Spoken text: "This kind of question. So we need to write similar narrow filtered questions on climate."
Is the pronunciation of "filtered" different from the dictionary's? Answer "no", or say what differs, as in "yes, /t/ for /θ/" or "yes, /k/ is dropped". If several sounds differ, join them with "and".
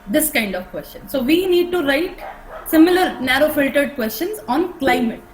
no